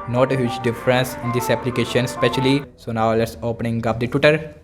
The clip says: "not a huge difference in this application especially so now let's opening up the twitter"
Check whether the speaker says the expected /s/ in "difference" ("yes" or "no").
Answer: yes